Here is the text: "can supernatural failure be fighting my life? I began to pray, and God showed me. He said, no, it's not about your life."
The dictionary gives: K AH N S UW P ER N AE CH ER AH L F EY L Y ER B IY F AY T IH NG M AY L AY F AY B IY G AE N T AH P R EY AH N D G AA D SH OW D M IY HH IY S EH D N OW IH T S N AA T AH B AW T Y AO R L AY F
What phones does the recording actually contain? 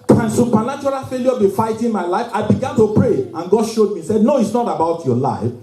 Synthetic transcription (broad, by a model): K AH N S UW P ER N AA CH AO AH L F EY L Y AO B IY F AY T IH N M AY L AY F AY B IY G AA N T AH P R EY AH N G AA D SH OW D M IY IY S EH D N OW IH T S N AA T AH B AW T Y AO L AY F